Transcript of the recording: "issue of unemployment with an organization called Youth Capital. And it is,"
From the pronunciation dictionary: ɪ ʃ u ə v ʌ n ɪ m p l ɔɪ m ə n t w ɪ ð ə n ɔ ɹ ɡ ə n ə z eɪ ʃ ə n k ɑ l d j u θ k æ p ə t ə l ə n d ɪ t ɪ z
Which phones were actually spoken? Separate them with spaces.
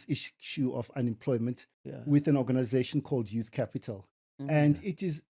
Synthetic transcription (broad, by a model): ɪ ʃ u ə v ʌ n ɪ m p l ɔɪ m ə n t w ɪ ð ə n ɔ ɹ ɡ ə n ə z eɪ ʃ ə n k ɑ l d j u θ k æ p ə t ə l ə n d ɪ t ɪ z